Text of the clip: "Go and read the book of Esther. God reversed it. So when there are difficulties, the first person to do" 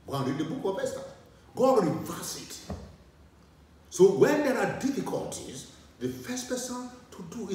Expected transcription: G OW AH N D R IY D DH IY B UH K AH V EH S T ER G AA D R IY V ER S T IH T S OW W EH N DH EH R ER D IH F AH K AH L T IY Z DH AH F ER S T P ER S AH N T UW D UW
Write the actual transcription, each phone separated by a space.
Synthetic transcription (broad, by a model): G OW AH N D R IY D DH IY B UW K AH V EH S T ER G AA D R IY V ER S IH T S OW W EH N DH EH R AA D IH F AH K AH L T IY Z DH AH F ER S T P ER S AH N T UW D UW